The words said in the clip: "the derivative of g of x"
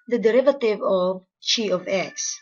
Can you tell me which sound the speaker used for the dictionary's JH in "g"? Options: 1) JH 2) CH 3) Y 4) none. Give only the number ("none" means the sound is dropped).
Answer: 2